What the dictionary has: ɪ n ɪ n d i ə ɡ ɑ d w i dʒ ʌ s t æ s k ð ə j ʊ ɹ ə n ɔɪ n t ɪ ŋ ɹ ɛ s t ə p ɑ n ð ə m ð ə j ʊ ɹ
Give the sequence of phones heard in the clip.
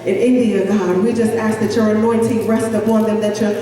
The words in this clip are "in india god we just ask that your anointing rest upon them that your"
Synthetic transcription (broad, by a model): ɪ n ɪ n d i ə ɡ ɑ d w i dʒ ʌ s t æ s k ð ə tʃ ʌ ɹ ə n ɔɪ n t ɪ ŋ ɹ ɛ s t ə b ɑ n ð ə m ð ə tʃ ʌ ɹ